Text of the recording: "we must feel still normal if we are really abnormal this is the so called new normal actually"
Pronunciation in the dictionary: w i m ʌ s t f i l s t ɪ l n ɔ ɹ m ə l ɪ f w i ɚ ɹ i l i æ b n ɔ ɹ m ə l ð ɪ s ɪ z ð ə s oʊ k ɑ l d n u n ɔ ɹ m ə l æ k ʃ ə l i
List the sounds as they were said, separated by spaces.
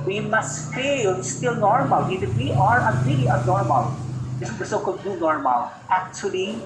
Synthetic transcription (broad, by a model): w i m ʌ s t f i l s t ɪ l n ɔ ɹ m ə l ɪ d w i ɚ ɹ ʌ n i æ n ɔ ɹ m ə l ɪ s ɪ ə s oʊ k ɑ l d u n ɔ ɹ m ə l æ k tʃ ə l i